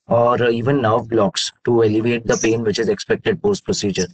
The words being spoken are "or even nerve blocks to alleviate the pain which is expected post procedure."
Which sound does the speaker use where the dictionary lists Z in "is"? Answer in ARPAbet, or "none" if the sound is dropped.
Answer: Z